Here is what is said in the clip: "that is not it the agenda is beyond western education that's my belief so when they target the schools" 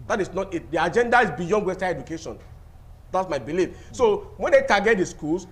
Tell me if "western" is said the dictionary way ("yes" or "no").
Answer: no